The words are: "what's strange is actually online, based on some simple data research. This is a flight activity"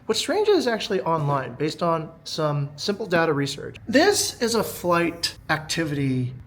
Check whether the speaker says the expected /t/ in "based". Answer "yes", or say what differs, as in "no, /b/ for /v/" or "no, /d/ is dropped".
yes